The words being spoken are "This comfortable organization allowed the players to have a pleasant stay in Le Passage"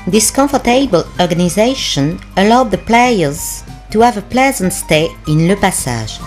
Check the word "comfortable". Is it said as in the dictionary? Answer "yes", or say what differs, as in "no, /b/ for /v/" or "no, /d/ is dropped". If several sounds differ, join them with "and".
no, /m/ is dropped